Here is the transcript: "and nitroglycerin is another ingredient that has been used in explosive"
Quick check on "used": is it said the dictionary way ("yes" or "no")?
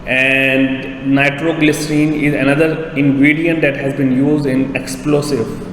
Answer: yes